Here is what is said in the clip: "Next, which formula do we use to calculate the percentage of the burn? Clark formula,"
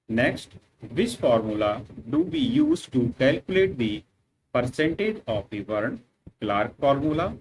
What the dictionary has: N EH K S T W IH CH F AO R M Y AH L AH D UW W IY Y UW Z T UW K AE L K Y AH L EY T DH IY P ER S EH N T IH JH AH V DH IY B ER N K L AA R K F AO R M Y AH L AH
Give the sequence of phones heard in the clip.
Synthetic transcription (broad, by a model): N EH K S T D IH S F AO R M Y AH L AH D UW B IY Y UW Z T UW K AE L K Y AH L EY T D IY P ER S EH N T IH JH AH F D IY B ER N K L AA R K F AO R M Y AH L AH